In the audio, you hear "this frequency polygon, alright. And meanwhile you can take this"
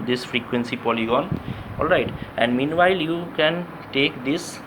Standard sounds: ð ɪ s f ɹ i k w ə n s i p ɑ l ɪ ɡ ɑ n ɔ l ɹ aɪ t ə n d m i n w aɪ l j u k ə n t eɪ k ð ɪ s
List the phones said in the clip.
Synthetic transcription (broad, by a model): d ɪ s f ɹ i k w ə n s i p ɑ l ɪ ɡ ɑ n ɔ l ɹ aɪ t ə n d m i n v aɪ l j u k ə n t eɪ k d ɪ s